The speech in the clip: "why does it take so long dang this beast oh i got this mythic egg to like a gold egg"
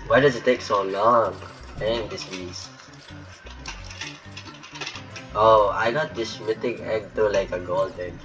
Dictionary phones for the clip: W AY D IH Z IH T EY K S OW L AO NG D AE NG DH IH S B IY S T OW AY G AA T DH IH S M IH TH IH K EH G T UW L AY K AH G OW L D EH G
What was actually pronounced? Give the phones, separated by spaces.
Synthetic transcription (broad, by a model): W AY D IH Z IH T EY K S OW L AO NG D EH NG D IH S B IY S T OW AY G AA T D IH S M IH T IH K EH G T UW L AY K AH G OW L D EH